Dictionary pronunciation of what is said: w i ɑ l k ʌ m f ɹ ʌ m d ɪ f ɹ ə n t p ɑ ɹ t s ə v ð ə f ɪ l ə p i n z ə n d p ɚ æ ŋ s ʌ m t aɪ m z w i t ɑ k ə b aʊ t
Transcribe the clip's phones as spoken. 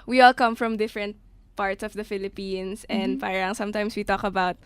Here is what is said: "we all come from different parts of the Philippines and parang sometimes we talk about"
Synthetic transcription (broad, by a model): w i ɑ l k ʌ m f ɹ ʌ m d ɪ f ɹ ə n t p ɑ ɹ t s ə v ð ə f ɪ l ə p i n s ə n d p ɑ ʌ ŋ s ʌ m t aɪ m s w i t ɑ k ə b aʊ t